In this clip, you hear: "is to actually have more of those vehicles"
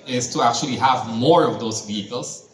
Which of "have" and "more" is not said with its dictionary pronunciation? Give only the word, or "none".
none